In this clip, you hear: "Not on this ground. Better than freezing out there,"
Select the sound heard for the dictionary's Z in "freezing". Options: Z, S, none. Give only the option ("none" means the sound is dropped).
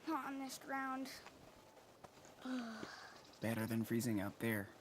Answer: Z